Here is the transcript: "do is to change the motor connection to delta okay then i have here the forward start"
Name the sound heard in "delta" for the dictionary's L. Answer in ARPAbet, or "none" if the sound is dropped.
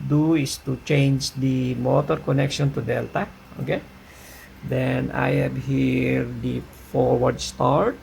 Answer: L